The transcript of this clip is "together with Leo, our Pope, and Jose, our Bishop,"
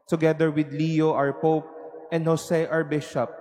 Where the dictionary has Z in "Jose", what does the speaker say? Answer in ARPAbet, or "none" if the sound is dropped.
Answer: S